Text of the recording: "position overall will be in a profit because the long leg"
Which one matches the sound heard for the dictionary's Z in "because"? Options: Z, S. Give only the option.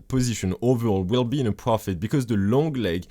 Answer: Z